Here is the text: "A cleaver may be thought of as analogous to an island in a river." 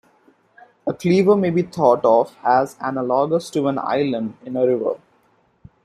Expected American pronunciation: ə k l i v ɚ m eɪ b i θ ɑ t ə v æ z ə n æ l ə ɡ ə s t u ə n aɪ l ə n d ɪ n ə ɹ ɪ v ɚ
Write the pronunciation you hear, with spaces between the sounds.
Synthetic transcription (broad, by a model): ə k l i v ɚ m eɪ b i t ɑ t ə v æ z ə n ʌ l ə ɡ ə s t u ə n aɪ l ə n d ɪ n ə ɹ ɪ v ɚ